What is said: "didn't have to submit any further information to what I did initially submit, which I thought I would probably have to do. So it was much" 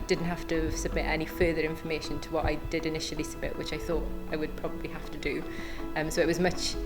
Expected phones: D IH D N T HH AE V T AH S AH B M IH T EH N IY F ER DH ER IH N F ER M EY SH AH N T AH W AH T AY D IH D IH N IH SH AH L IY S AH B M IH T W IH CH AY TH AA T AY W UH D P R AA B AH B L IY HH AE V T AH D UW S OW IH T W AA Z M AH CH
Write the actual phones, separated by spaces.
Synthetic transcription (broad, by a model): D IH D N T HH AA F T AH S AH B M IH T EH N IY F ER DH ER IH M F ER M EY SH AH N T AH W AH T AY D IH D IH N IH SH AH L IY S AH B M IH T W IH CH AY TH AA T AY W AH D P R AA B AH B L IY HH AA F T AH D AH S OW IH T W AA Z M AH CH